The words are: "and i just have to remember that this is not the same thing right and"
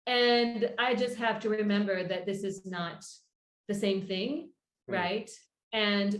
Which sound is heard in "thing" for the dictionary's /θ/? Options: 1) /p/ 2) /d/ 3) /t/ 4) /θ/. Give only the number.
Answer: 4